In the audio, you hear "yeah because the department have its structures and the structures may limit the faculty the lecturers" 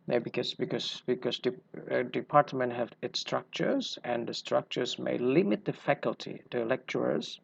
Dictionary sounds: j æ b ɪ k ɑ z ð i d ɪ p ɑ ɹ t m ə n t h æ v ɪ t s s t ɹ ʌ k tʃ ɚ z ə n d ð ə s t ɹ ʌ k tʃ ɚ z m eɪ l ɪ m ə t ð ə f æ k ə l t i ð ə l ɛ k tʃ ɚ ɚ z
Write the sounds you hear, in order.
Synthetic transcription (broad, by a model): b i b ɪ k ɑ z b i d ɪ p ɑ ɹ t m ə n t h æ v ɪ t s s t ɹ ʌ k tʃ ɚ z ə n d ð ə s t ɹ ʌ k tʃ ɚ z m eɪ l ɪ m ə t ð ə f æ k ə l t i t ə l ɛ k tʃ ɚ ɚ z